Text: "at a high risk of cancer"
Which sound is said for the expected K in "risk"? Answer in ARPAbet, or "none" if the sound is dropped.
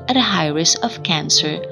none